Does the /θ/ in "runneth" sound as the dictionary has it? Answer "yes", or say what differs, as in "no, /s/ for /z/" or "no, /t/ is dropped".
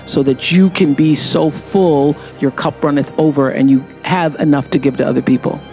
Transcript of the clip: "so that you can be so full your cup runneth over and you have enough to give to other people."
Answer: yes